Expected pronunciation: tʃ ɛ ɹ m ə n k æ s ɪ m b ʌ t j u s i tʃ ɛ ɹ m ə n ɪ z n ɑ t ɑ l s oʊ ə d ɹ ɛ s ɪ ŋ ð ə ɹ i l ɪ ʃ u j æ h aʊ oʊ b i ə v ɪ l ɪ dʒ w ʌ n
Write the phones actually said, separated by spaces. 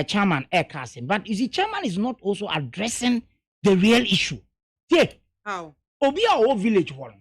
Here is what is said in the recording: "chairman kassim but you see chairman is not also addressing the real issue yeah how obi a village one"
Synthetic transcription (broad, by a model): tʃ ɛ m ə n k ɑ s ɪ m b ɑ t j u s i tʃ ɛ m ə n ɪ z n ɑ t ɑ l s oʊ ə d ɹ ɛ s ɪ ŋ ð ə ɹ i l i ʃ u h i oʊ b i ə v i l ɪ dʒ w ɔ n